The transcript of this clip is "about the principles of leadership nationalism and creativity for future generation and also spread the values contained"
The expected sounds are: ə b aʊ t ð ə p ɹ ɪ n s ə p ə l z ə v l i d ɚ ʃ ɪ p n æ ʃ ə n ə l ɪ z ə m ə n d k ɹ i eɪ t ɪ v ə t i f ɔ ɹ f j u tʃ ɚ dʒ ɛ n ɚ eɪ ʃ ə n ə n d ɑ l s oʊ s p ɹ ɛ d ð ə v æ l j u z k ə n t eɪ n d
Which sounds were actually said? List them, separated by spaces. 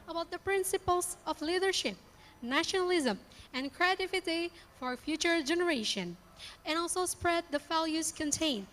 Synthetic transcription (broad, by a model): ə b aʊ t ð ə p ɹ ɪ n s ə p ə l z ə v l i d ɚ ʃ ɪ p n æ ʃ ə n ə l ɪ z ə m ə n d k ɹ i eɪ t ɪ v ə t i f ɔ ɹ f j u tʃ ɚ dʒ ɛ n ɚ eɪ ʃ ə n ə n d ɑ l s oʊ s p ɹ ɛ d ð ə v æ l j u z k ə n t eɪ n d